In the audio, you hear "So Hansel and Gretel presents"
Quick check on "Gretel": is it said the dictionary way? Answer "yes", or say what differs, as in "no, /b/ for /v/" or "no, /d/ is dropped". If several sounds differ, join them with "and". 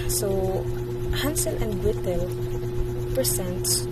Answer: no, /w/ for /ɹ/